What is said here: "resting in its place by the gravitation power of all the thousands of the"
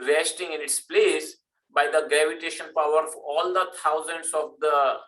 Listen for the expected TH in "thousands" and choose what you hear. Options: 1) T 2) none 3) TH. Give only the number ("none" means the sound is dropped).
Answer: 1